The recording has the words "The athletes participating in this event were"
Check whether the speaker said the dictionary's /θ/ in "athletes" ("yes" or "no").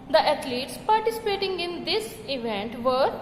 no